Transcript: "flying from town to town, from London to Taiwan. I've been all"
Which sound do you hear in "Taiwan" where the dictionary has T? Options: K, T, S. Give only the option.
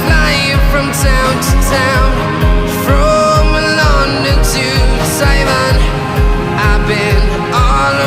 S